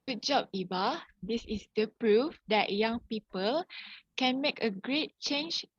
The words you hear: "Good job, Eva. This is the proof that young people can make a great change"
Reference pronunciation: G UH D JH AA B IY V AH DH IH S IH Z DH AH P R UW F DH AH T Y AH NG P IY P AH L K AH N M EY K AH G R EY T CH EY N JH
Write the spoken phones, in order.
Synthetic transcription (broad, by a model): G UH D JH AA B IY B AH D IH S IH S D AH P R UW F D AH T Y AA NG P IY P AH L K AH N M EY K AH G R EY T CH EY N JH